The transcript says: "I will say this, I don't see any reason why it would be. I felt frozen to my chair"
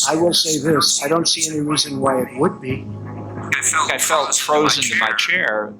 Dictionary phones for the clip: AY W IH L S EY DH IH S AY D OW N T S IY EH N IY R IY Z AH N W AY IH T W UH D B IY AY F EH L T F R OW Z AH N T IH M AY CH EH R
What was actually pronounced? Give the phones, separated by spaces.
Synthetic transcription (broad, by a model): AY W IH L S EY DH IH S AY D OW N T S IY EH N IY R IY Z AH N W AY IH T W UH D B IY AY F EH L T F R OW Z AH N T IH M AY CH EH R